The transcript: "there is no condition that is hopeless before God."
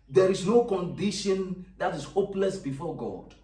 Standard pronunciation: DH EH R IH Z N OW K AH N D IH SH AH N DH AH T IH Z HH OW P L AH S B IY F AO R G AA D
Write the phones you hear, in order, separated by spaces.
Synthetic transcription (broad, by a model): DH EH R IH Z N OW K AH N D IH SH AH N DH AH T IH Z HH OW P L AH S B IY F AO G AA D